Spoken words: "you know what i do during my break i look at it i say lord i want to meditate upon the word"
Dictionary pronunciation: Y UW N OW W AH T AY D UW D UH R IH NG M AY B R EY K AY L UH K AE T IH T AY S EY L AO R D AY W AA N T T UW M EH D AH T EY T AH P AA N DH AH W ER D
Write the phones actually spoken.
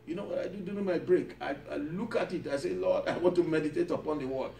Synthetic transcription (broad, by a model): Y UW N OW W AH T AY D UW D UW IH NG M AY B R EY K AY L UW K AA T IH T AY S EY L AO D AY W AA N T T UW M EH D AH T EY T AH P AA N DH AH W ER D